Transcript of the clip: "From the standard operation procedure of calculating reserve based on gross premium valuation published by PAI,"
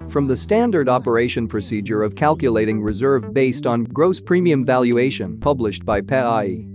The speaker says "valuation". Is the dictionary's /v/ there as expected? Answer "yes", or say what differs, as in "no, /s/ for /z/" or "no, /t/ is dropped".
yes